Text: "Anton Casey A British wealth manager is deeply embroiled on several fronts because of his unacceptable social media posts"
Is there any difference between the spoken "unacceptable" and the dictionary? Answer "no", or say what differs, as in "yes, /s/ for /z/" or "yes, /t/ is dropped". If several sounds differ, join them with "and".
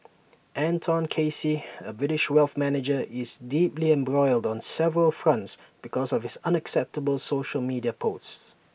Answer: no